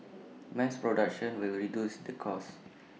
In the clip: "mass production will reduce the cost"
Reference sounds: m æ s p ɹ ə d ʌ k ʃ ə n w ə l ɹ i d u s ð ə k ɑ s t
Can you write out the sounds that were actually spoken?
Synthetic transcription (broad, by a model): m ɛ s p ɹ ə d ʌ k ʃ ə n w ə l ɹ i d u s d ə k ɑ s